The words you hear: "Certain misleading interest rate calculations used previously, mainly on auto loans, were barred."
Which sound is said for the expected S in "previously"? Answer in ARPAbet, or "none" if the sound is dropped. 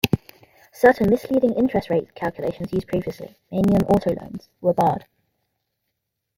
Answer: S